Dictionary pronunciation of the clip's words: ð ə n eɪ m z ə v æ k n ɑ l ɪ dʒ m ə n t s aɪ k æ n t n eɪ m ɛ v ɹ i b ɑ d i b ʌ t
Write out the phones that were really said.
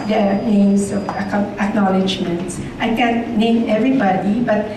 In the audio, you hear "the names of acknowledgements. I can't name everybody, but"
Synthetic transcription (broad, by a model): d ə n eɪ m s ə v æ k n ɑ l ɪ dʒ m ə n t s aɪ k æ n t n eɪ m ɛ v ɹ i b ɑ d i b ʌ t